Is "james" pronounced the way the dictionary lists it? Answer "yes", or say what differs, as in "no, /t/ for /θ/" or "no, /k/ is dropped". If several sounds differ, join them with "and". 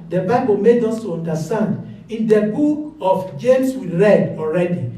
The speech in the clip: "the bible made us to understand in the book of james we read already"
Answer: no, /s/ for /z/